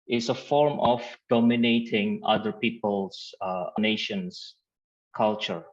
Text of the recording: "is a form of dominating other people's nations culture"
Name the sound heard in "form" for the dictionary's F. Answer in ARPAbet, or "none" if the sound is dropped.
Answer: F